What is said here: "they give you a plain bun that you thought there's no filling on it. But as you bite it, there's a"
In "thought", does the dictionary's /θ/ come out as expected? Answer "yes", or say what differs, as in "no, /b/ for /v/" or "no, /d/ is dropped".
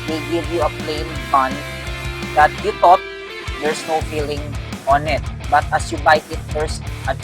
no, /t/ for /θ/